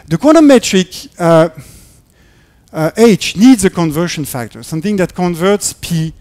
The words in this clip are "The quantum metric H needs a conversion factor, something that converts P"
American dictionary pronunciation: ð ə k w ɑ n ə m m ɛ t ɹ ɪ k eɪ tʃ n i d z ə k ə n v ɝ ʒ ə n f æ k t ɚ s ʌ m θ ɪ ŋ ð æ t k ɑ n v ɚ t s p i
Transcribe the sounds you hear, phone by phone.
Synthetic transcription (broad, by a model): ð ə k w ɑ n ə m m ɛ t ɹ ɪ k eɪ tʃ n i d z ə k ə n v ɝ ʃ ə n f æ k t ɚ s ʌ m θ ɪ ŋ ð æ t k ɑ n v ɚ t s p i